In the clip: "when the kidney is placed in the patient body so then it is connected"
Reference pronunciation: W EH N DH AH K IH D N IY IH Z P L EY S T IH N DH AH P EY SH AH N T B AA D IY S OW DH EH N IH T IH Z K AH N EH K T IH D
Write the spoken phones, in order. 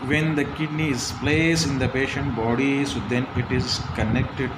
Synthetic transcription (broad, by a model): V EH N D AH K IH D N IY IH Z P L EY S IH N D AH P EY SH AH N T B AA D IY S OW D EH N IH T IH Z K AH N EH K T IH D